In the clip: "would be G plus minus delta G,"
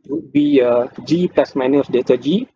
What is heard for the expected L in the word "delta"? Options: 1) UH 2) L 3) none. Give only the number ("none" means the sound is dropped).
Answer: 3